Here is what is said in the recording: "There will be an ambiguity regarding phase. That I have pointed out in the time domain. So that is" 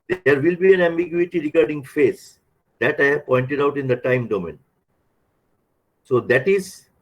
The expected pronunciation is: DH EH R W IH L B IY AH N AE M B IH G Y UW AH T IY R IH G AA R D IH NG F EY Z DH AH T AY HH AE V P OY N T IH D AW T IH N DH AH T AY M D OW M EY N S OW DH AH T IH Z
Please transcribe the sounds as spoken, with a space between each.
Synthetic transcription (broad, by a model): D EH R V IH L B IY AH N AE M B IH G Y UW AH T IY R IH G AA R D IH NG F EY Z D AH T AY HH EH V P OY N T IH D AW T IH N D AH T AY M D OW M EY N S OW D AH T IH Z